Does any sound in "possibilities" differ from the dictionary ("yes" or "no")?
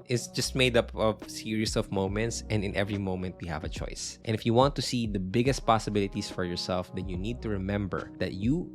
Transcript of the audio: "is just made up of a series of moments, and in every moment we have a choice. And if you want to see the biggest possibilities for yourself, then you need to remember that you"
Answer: yes